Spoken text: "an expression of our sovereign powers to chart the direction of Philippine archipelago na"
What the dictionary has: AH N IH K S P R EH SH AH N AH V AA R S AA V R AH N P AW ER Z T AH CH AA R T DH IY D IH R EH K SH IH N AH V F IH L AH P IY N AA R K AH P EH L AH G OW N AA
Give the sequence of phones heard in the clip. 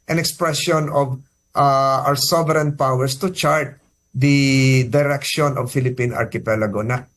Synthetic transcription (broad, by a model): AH N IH K S P R EH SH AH N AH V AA W S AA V R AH N P AW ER S T AH CH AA R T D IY D IH R EH K SH IH N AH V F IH L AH P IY N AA R K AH P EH L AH G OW N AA